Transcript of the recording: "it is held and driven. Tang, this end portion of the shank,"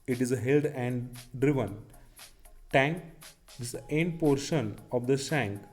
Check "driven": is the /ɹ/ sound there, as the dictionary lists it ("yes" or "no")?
yes